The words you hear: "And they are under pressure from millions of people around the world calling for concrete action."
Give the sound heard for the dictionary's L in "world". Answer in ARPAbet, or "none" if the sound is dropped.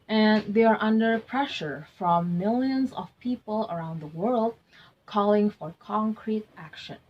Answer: L